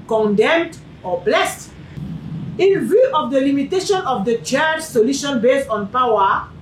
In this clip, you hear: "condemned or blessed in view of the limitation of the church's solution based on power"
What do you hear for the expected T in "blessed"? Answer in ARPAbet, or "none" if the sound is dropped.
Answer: T